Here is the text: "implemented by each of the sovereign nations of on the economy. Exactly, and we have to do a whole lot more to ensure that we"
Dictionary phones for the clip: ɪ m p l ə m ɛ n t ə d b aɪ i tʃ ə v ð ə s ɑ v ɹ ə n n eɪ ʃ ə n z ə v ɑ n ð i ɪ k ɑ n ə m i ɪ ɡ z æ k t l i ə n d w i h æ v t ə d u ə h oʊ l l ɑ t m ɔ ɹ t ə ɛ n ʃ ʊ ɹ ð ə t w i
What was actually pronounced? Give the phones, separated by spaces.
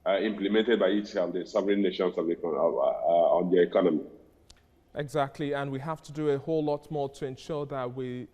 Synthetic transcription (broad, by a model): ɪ m p l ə m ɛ n t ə d b aɪ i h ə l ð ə s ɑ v ɹ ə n n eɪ ʃ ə n s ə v ɑ n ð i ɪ k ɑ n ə m i ɪ ɡ z æ k t l i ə n w i h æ f t ə d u ə h oʊ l l ɑ t m ɔ ɹ t ə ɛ n ʃ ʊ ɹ ð ə t w i